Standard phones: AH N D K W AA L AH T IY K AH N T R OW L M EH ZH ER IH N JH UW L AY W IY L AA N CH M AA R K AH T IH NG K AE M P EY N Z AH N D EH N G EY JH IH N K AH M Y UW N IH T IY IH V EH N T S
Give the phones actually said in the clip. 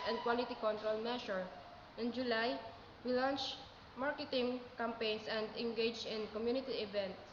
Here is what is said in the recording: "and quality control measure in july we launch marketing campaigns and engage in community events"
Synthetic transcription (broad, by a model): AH N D K W AA L AH T IY K AH N T R OW L M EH SH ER IH N JH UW L AY W IY L AA N CH M AA R K AH T IH NG K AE M P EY N S AH N D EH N G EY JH IH N K AH M Y UW N IH T IY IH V EH N T